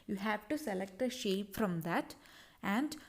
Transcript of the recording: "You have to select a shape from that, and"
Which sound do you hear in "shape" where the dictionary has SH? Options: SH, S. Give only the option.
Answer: SH